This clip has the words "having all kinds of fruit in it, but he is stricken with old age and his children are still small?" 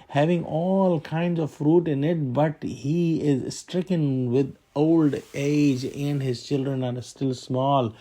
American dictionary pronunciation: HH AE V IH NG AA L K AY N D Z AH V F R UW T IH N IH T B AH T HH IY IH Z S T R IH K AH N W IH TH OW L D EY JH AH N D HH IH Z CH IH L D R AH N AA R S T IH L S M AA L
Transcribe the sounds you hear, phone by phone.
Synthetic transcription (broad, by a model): HH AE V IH NG AA L K AY N D Z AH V F R UW T IH N IH T B AH T HH IY IH Z S T R IH K AH N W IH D OW L D EY JH AH N D HH IH Z CH IH L D R AH N AA R S T IH L S M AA L